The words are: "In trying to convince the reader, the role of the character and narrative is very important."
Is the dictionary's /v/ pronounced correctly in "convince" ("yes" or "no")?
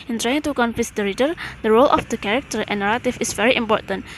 no